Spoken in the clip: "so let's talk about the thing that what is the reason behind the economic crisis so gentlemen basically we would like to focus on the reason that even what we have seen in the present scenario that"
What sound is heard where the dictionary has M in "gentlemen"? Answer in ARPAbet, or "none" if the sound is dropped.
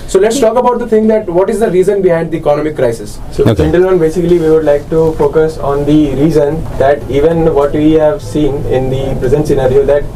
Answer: none